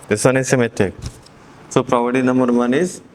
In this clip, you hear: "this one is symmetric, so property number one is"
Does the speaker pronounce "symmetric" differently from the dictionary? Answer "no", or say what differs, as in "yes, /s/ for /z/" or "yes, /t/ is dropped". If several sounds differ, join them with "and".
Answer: yes, /ɹ/ is dropped